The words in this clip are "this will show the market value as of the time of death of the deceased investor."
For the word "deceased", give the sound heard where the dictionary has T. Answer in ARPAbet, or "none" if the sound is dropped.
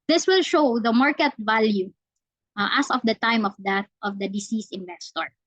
none